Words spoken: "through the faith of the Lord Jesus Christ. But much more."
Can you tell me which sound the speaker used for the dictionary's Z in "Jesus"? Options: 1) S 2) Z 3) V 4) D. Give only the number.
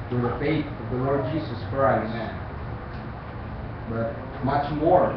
2